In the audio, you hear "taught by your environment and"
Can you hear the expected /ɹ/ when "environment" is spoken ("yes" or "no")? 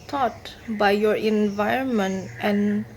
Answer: yes